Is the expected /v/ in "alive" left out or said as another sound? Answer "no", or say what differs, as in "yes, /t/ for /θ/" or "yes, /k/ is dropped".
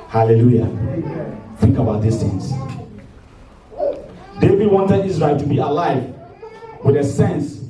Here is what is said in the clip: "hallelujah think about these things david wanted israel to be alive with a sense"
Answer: no